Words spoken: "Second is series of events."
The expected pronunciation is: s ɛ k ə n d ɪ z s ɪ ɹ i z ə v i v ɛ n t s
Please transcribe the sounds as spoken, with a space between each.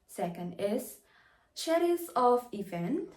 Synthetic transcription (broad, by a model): s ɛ k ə n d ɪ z ʃ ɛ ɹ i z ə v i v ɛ n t